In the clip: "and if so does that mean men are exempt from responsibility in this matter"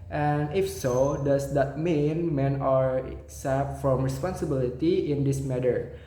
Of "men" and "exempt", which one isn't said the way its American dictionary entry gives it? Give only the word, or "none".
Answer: exempt